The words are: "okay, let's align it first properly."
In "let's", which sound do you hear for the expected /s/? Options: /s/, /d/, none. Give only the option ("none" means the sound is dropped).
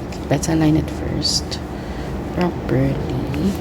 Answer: none